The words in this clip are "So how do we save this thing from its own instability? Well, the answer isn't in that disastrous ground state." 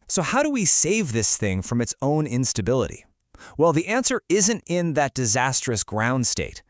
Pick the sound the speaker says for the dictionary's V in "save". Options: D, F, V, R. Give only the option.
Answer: V